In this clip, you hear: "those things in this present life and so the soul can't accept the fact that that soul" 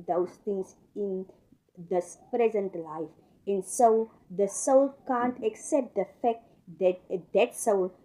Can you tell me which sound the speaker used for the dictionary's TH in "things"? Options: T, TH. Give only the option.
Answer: T